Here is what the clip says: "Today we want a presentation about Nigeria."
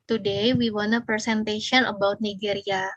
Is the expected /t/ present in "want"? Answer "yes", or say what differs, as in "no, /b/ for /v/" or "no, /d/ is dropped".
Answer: no, /t/ is dropped